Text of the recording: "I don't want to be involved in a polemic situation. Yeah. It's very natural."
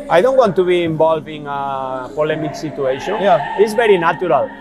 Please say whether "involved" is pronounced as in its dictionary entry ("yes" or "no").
no